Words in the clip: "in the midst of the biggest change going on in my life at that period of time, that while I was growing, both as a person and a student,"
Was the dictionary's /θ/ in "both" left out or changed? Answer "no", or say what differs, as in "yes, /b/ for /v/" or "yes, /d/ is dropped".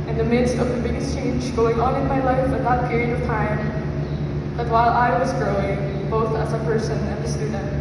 no